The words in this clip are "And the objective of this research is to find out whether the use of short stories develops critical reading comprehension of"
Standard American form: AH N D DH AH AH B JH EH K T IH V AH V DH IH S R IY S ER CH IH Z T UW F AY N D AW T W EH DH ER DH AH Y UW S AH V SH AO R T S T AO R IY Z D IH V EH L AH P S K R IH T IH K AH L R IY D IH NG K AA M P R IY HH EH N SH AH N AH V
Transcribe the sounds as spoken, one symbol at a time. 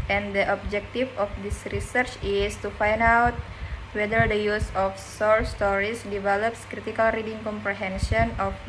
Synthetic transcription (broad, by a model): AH N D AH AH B JH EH K T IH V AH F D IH S R IY S ER CH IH S T UW F AY N D AW T W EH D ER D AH Y UW S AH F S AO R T S T AO R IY S D IH V EH L AH P S K R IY T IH K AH L R IY D IH NG K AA M P R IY HH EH N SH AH N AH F